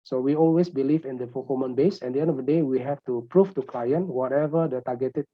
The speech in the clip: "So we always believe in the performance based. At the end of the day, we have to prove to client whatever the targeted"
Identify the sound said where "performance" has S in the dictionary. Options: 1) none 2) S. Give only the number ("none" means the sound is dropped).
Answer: 1